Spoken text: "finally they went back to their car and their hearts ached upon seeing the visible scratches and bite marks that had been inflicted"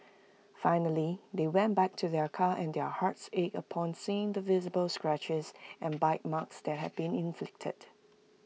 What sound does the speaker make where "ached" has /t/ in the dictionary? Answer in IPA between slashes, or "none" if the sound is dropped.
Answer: none